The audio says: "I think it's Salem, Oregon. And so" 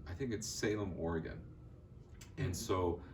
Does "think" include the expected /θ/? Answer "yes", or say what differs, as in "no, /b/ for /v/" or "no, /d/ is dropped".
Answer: yes